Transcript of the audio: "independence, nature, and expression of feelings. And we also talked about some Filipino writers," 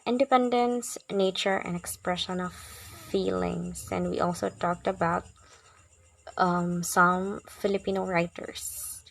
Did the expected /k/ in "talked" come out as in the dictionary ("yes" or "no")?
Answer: yes